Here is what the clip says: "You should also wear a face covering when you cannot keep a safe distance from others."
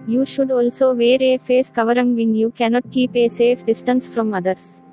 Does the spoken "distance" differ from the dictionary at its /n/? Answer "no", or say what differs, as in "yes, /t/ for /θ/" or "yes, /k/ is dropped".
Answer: no